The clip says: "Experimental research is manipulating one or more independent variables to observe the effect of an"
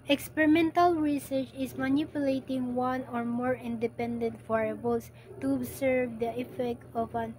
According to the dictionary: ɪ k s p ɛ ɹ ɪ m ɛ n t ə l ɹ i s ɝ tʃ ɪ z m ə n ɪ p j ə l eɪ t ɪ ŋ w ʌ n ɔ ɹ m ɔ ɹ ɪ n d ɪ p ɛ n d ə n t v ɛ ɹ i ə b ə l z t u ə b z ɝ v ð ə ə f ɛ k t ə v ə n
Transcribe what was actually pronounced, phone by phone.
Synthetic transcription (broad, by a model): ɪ k s p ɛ ɹ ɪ m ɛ n t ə l ɹ i s ɝ tʃ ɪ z m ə n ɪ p j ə l eɪ t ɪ ŋ w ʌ n ɔ ɹ m ɔ ɹ ɪ n d ɪ p ɛ n d ə n t f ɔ ɹ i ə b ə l s t u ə b s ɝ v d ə ə f ɛ k t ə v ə n